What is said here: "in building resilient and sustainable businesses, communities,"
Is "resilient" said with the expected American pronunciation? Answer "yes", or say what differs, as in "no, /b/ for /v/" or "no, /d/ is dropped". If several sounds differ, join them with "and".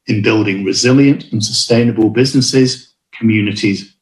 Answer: yes